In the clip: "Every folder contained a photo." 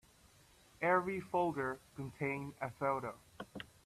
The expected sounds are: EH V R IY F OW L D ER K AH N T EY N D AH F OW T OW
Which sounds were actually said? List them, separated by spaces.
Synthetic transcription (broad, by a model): EH V R IY F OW L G ER K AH N T EY N AH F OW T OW